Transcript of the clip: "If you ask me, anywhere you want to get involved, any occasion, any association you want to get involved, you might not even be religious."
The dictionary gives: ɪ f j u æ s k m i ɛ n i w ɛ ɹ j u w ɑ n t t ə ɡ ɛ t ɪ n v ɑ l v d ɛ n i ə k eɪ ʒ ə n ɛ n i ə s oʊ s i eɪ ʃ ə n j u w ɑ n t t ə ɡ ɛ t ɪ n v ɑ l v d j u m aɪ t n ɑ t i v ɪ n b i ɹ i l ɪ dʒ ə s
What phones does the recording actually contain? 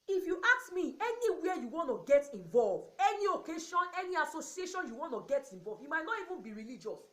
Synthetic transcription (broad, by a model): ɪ f j u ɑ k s m i ɛ n i w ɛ j u w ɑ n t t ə ɡ ɛ t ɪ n v ɑ l v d ɛ n i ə k eɪ ʃ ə n ɛ n i ə s oʊ s i eɪ ʃ ə n j u w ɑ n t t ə ɡ ɛ t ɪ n v ɑ l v j u m aɪ t n ɑ t i v ɪ n b i ɹ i l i dʒ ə s